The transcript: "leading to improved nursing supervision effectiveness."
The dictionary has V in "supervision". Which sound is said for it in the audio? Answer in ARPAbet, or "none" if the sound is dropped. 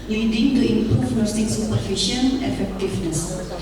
F